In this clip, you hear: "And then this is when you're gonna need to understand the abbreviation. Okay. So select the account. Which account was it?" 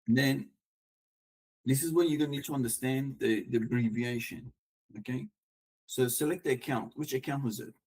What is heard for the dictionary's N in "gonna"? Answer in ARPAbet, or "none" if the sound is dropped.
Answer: none